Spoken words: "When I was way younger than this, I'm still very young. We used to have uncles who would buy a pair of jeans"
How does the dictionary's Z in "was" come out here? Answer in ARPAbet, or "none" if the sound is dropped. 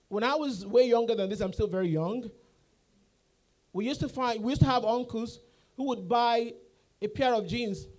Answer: Z